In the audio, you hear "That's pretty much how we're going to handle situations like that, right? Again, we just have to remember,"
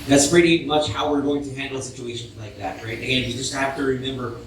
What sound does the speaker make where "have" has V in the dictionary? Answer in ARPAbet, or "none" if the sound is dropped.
F